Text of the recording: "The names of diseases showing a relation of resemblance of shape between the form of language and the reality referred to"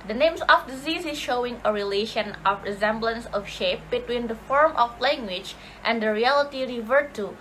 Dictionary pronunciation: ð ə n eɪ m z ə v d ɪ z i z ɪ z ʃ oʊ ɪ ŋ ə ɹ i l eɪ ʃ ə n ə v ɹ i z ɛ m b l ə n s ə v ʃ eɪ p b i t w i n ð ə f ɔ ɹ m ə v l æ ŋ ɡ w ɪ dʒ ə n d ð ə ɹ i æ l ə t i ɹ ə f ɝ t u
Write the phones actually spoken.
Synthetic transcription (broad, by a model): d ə n eɪ m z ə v d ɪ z i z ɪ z ʃ oʊ ɪ ŋ ə ɹ i l eɪ ʃ ə n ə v ɹ i z ɛ m b l ə n s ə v ʃ eɪ p b i t w i n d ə f ɔ ɹ m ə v l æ ŋ ɡ w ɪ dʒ ə n d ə ɹ i æ l ə t i ɹ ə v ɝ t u